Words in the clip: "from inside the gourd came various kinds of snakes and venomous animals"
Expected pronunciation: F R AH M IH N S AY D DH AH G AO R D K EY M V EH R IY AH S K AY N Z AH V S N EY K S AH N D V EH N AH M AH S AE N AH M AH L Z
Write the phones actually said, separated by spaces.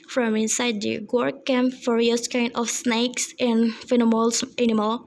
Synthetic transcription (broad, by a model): F R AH M IH N S AY D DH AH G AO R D K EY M F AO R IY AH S K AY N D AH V S N EY K S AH N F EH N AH M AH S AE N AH M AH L